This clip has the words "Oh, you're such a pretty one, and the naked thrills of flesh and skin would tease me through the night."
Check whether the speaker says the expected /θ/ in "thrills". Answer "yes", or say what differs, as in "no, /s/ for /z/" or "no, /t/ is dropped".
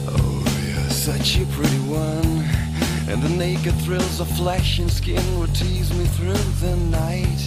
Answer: yes